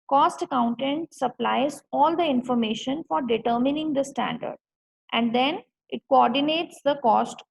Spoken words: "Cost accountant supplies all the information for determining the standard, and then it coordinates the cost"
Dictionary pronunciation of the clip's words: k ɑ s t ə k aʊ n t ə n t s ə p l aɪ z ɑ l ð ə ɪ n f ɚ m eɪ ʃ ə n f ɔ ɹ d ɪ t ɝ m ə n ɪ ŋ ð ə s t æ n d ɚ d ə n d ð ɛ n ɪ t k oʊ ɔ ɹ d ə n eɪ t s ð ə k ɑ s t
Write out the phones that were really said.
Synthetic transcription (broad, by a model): k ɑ s t ə k aʊ n t ə n t s ə p l aɪ z ɑ l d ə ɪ n f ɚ m eɪ ʃ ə n f ɔ ɹ d ɪ t ɝ m ə n ɪ ŋ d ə s t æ n d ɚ d ə n d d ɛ n ɪ t k oʊ ɔ ɹ d ə n eɪ t s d ə k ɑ s t